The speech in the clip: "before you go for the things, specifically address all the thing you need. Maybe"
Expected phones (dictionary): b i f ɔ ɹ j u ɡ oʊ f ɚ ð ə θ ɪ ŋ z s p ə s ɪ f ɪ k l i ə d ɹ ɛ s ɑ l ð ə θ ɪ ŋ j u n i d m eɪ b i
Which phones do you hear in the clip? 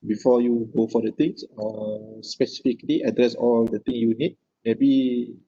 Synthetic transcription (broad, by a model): b i f ɔ j u ɡ oʊ f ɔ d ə t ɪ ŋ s s p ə s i f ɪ k l i ə d ɹ ɛ s ɑ l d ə t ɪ ŋ j u n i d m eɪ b i